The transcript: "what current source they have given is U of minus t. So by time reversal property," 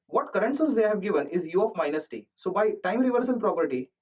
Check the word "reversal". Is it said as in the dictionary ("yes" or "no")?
no